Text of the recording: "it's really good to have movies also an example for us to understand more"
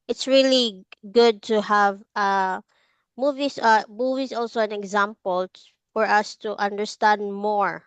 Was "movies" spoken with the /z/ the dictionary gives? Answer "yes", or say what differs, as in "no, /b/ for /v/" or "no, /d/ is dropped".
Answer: no, /s/ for /z/